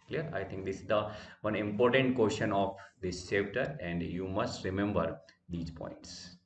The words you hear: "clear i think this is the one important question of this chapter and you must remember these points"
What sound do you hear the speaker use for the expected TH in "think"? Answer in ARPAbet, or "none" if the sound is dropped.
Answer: T